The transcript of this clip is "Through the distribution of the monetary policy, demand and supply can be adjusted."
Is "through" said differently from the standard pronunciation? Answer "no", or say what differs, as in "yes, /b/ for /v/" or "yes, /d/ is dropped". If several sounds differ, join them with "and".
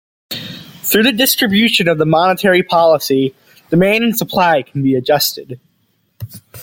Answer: no